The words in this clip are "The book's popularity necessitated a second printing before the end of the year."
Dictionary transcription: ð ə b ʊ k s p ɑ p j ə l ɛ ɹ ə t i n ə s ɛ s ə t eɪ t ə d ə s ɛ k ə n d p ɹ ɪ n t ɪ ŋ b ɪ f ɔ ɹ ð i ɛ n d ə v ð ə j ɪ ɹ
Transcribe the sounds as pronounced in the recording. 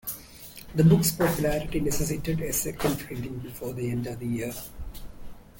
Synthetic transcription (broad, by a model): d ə b ʊ k s p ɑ p j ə l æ ɹ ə t i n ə s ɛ s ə t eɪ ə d ə s ɛ k ə n d f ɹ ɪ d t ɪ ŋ b ɪ f ɔ ɹ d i ɛ n d ə v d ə j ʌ ɹ